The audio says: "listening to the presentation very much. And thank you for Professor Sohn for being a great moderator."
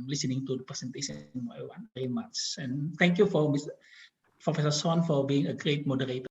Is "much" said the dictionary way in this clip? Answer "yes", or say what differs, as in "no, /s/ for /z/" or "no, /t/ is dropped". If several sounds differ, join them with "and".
no, /s/ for /tʃ/